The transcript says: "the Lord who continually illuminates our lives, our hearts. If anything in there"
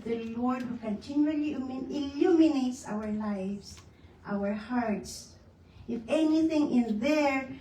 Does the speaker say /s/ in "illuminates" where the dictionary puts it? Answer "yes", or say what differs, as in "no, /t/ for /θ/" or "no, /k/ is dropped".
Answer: yes